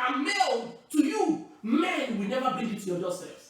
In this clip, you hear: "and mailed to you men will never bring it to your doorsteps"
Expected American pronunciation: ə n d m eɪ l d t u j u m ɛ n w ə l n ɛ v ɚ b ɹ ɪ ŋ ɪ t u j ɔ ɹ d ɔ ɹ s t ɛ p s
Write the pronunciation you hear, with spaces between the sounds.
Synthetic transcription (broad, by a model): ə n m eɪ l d t u j u m ɛ n w ə l n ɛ v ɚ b ɪ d ɪ t u j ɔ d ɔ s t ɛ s